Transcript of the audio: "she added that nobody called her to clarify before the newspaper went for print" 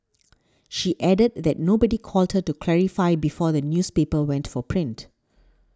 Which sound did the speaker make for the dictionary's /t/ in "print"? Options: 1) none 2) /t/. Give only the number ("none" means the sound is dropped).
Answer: 2